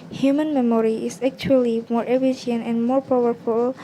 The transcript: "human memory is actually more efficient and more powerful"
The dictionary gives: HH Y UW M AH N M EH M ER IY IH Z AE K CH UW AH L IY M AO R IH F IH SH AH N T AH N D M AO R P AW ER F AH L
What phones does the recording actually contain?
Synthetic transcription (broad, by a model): HH Y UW M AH N M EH M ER IY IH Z AE K CH UW AH L IY M AO R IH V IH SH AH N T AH N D M AO R P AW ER F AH L